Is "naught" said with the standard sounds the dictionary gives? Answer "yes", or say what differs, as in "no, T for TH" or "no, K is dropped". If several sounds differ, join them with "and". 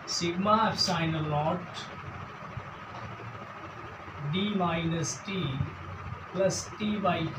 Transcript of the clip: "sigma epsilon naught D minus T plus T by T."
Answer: no, L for N